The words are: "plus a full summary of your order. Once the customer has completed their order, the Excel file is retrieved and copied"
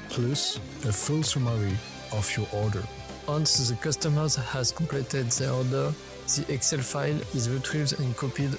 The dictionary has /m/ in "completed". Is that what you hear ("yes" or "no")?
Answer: no